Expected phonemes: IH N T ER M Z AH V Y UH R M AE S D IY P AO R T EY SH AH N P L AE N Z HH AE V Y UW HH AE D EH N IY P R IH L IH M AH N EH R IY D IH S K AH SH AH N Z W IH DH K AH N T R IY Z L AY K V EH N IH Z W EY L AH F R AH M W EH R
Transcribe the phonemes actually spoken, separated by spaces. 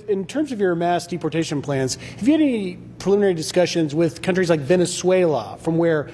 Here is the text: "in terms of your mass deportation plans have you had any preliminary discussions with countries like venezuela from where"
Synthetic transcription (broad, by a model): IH N T ER M Z AH V Y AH R M AE S D IY P AO R T EY SH AH N P L AE N Z HH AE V Y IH EH N IY P R IH L IH M AH N EH R IY D IH S K AH SH AH N Z W IH DH K AH N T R IY Z L AY K V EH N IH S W EY L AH F R AH M W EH R